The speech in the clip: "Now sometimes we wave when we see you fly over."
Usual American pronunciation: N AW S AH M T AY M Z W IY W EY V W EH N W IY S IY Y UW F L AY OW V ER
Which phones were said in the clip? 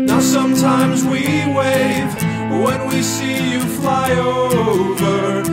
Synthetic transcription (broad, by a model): N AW S AH M T AY M Z W IY W EY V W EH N W IY S IY Y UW F L AY OW V ER